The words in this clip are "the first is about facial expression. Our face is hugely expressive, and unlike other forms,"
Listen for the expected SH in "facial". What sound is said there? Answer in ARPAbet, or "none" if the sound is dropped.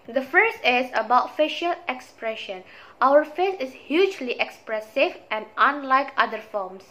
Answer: SH